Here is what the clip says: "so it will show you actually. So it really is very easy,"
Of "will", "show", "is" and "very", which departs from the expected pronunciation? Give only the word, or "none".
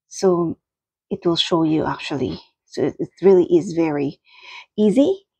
none